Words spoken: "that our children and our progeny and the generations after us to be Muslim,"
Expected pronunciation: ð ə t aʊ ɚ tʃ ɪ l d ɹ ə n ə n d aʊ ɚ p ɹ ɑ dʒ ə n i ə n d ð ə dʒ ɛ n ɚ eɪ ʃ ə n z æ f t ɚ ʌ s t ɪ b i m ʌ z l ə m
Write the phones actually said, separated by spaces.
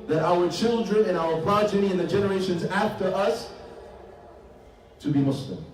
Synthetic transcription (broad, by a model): ð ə t aʊ ɚ tʃ ɪ l d ɹ ə n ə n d aʊ ɚ p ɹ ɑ dʒ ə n i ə n ð ə dʒ ɛ n ɚ eɪ ʃ ə n z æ f t ɚ ʌ s t ɪ b i m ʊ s l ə m